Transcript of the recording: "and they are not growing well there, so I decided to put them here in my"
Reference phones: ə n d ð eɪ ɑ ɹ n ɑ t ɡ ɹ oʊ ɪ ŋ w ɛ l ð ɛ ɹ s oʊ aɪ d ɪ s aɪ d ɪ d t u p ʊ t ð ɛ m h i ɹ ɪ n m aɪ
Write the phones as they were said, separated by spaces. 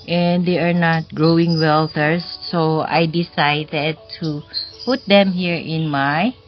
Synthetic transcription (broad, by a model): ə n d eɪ ɑ ɹ n ɑ t ɡ ɹ oʊ ɪ ŋ w ɛ l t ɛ ɹ s oʊ aɪ d ɪ s aɪ d ɪ d t u p ʊ t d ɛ m h i ɹ ɪ n m aɪ